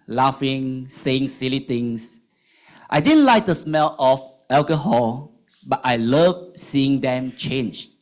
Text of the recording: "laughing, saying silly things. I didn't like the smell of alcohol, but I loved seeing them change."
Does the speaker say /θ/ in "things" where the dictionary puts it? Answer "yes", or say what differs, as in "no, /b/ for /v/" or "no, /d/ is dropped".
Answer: no, /t/ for /θ/